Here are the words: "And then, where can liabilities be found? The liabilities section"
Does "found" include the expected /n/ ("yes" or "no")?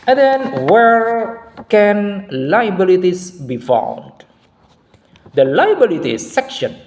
no